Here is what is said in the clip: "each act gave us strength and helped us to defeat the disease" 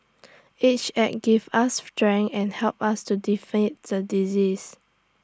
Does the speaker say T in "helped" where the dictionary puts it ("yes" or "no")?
no